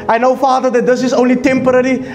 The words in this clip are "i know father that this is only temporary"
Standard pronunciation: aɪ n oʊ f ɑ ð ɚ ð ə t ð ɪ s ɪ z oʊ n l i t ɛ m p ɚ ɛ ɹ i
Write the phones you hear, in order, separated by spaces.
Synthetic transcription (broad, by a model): aɪ n oʊ f ɑ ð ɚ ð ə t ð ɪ s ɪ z oʊ n l i t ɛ m p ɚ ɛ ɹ i